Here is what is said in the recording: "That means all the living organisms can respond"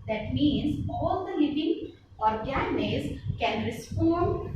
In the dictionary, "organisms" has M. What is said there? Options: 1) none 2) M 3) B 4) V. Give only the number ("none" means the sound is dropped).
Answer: 1